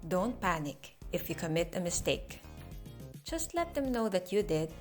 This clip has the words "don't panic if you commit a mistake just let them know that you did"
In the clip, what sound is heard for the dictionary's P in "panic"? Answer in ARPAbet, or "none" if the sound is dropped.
P